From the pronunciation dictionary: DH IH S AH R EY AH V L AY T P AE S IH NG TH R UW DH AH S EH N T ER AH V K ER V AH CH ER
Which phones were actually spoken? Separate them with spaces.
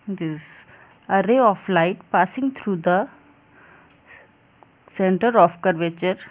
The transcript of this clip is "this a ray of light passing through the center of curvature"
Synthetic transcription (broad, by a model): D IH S AH R EY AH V L AY T P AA S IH NG T R UW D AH S EH N T ER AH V K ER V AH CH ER